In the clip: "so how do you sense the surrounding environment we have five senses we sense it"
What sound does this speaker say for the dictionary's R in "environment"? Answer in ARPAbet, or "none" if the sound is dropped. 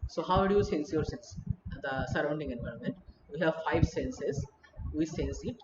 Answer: R